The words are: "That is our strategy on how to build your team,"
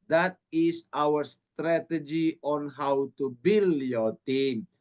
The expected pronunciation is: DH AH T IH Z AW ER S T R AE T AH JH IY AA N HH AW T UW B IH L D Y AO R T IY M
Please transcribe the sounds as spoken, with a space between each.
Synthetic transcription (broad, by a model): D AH T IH S AW ER S T R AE T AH JH IY AA N HH AW T UW B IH L Y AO T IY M